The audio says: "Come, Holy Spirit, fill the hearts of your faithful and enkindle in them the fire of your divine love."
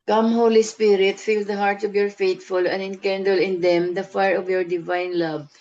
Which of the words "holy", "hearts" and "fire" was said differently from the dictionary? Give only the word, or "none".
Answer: none